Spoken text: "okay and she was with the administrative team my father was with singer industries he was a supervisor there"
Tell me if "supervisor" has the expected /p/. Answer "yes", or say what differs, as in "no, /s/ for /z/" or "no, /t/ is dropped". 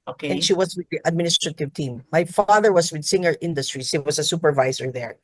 yes